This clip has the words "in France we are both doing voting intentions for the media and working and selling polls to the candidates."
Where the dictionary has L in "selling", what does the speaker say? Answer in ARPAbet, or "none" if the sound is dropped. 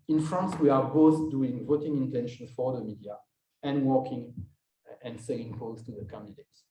none